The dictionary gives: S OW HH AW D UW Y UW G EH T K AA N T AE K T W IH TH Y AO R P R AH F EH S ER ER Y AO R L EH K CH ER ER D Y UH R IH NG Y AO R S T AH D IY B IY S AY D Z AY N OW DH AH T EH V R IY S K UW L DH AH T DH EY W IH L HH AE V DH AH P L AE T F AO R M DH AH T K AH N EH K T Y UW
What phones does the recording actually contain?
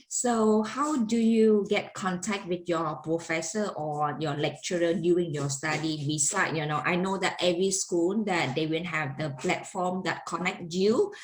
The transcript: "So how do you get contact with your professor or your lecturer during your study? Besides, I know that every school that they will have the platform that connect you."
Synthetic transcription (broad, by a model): S OW HH AW D UW Y UW G EH T K AA N T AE K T W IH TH Y AO P R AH F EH S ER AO Y AO L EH K CH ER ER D Y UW IH NG Y AO S T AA D IY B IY S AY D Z AY N OW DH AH T EH V R IY S K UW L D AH T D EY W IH N HH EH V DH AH P L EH T F AO M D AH T K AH N EH K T Y UW